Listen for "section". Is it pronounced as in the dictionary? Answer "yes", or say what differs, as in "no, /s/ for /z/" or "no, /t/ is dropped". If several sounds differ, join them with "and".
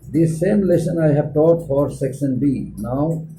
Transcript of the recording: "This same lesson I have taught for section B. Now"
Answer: no, /s/ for /ʃ/